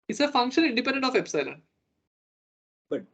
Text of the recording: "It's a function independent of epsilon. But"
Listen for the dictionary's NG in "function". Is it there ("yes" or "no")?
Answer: yes